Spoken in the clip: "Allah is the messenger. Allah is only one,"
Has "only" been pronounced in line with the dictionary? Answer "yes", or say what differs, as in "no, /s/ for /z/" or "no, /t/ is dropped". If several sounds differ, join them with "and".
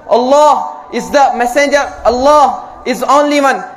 yes